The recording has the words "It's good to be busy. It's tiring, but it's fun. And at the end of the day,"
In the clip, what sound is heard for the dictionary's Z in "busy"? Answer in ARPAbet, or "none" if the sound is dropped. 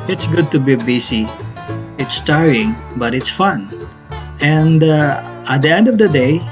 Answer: S